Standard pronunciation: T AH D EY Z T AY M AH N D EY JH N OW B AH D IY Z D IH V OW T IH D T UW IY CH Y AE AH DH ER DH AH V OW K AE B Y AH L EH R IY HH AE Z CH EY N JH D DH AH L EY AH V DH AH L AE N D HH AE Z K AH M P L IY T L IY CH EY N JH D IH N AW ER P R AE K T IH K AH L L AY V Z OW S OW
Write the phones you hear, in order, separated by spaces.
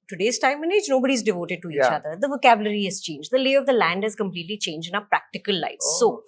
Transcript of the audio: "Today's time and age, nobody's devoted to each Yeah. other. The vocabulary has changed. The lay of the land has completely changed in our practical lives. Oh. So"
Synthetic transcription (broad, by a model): T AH D EY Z T AY M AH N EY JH N OW B AH D IY Z D IH V OW T IH D T UW IY CH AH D ER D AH V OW K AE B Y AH L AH R IY HH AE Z CH EY N JH D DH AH L EY AH V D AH L AE N D HH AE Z K AH M P L IY T L IY CH EY N JH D IH N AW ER P R AE K T IH K AH L L AY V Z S OW